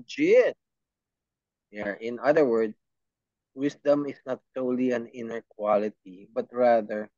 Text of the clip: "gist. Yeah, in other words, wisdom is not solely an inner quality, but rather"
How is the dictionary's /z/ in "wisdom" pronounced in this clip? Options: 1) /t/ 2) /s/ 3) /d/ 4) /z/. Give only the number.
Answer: 2